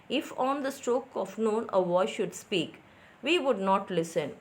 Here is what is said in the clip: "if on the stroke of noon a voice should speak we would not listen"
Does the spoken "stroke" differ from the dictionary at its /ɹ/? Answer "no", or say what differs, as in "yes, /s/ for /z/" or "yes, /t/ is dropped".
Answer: no